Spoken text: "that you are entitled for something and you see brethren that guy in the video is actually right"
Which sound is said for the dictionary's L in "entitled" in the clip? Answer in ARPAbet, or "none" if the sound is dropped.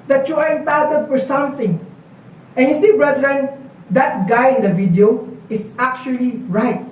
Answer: none